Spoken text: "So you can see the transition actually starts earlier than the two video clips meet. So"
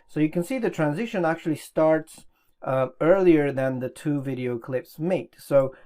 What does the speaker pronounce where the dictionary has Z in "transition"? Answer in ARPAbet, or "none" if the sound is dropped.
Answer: Z